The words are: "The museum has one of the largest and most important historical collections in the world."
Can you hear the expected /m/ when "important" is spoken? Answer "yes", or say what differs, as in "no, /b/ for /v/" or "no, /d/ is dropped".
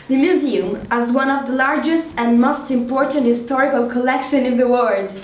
yes